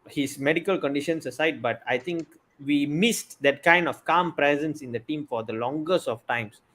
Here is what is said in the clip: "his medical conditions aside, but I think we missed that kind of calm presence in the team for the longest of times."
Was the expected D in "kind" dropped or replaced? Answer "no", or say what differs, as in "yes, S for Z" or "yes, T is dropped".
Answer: no